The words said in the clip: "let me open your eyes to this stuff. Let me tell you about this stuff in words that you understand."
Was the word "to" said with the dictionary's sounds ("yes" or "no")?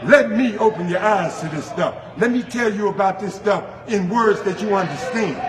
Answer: no